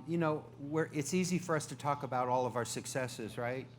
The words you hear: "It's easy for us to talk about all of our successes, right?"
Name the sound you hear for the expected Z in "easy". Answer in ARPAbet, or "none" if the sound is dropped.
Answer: Z